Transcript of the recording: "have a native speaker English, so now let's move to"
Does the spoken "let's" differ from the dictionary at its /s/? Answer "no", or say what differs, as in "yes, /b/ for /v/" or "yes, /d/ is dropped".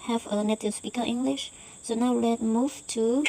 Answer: yes, /s/ is dropped